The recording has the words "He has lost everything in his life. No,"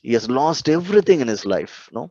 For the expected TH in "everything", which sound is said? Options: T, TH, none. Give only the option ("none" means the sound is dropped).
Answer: T